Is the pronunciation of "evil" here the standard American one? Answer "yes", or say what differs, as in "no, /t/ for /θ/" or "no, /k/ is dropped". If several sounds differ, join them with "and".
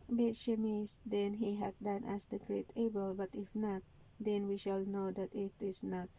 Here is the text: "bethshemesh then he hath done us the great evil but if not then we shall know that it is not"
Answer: no, /b/ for /v/